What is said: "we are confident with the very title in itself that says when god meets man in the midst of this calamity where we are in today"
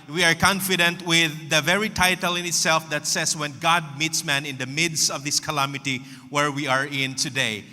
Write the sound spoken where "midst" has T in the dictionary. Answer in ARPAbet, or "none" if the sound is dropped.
T